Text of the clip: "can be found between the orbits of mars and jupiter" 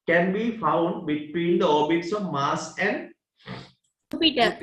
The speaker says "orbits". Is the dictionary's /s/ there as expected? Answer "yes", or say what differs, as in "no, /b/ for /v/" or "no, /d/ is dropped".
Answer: yes